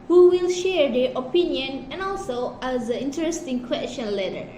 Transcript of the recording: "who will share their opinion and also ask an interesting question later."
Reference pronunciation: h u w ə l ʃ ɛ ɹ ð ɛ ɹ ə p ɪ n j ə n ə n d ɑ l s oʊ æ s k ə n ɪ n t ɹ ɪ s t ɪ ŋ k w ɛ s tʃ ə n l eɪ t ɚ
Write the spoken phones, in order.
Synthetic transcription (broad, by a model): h u w ə l ʃ ɛ ɹ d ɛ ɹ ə p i n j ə n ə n ɑ l s oʊ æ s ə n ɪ n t ɹ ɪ s t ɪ ŋ k w ɛ s tʃ ə n l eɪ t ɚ